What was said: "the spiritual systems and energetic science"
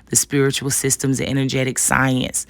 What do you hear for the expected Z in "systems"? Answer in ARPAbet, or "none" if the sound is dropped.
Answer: Z